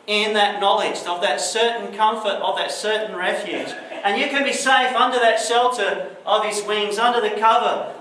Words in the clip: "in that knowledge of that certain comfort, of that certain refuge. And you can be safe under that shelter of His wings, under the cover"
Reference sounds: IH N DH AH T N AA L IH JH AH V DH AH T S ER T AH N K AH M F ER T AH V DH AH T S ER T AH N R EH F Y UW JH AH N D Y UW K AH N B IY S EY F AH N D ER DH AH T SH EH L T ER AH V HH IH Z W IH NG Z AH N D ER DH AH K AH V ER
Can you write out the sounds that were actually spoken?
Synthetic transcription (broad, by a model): IH N DH AH T N AA L IH JH AH V DH AH T S ER T N K AH M F ER T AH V DH AH T S ER T N R EH F Y UW JH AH N Y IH K AH N B IY S EY F AH N D ER DH AH T SH EH L T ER AH V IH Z W IH NG Z AH N D ER DH AH K AH V ER